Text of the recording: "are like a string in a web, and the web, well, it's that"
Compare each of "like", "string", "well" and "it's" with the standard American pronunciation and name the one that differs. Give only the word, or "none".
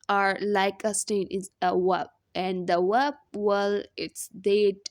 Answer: string